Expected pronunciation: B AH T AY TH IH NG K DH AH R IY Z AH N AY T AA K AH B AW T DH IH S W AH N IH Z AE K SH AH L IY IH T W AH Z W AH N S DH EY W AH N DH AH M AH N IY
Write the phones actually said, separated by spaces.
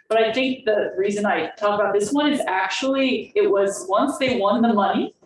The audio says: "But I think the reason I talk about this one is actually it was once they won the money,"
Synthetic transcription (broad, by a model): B AH T AY TH IH NG K DH AH R IY Z AH N AY T AA K AH B AW T DH IH S W AH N IH Z AE K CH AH L IY IH T W AH Z W AH N S DH EY W AH N DH AH M AH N IY